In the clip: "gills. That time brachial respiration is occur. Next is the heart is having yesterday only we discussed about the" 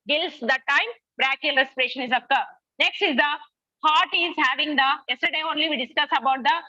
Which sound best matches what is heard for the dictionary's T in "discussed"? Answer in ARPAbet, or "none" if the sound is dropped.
none